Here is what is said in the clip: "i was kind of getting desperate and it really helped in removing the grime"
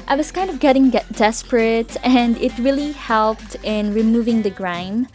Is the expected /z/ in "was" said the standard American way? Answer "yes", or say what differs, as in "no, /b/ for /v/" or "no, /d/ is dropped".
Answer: no, /s/ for /z/